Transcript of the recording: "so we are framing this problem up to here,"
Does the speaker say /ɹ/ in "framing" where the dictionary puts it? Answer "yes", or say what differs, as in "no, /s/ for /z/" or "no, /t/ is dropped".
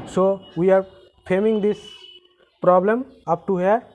no, /ɹ/ is dropped